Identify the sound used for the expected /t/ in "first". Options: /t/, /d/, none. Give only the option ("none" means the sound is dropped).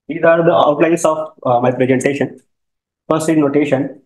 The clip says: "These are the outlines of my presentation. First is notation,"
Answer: none